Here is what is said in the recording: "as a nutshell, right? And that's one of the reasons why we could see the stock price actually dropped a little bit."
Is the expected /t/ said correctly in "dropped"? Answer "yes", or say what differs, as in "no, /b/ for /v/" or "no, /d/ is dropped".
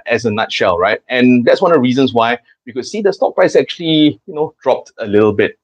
yes